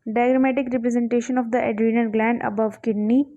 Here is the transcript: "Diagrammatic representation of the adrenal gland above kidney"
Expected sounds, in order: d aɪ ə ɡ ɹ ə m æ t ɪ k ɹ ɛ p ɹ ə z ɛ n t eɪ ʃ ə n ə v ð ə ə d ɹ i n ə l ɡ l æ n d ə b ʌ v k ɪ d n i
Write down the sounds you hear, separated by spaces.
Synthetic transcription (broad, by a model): d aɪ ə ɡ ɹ m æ t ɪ k ɹ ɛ p ɹ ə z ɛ n t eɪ ʃ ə n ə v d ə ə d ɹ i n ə n ɡ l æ n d ə b ʌ v k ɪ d n i